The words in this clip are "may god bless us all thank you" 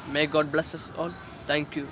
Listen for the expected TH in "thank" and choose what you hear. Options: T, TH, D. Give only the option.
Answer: T